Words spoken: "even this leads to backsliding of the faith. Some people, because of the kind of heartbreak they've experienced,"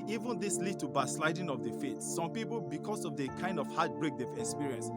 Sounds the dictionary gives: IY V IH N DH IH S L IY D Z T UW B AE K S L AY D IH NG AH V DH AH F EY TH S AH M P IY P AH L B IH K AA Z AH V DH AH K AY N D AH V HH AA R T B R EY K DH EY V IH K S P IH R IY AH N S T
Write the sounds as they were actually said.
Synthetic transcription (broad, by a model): IY V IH N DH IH S L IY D T UW B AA S L AY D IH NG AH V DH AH F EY T S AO M P IY P AH L B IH K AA S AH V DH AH K AY N D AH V HH AA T B R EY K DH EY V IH K S P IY R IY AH N S